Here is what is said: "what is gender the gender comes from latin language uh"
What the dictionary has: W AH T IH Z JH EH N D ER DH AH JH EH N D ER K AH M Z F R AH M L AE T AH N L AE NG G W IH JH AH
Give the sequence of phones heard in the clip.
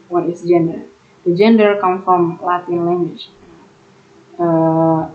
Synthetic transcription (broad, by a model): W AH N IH S JH EH N D ER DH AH JH EH N D ER K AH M F R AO M L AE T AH N L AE NG G W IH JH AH